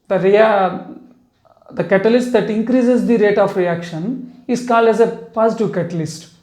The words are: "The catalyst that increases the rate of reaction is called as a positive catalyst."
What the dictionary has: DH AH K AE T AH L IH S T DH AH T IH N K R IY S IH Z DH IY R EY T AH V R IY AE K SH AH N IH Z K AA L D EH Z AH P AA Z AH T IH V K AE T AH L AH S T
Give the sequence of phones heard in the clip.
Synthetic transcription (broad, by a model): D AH K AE T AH L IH S T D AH T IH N K R IY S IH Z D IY R EY T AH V R IY AE K SH AH N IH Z K AA L D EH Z AH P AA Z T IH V K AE T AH L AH S T